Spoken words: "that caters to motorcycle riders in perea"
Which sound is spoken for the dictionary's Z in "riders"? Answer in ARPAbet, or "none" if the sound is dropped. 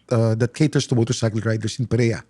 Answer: S